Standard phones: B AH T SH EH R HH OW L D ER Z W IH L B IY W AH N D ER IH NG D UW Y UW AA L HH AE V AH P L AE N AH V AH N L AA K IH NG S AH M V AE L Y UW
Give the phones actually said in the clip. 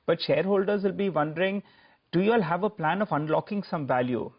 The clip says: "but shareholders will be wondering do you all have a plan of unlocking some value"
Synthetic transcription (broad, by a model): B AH T SH EH R HH OW L D ER Z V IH L B IY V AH N D ER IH NG D UW Y UW AA L HH AE V AH P L AE N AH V AH N L AA K IH NG S AH M V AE L Y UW